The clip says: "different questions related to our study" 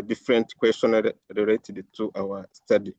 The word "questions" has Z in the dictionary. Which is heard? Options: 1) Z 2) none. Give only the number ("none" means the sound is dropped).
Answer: 2